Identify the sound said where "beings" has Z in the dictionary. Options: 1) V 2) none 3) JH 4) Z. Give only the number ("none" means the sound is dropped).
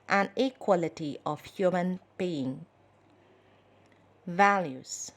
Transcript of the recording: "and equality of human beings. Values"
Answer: 2